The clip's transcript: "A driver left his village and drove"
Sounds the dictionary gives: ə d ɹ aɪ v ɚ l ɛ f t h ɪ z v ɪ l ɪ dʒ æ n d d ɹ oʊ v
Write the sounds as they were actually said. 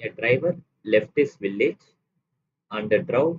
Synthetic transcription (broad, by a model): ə d ɹ aɪ v ɚ l ɛ f t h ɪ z v ɪ l ɪ dʒ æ n d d ɹ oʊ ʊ